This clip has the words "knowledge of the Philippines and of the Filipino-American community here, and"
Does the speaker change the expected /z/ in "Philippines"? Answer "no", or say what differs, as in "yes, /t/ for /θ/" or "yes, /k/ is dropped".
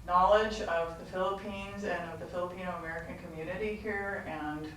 no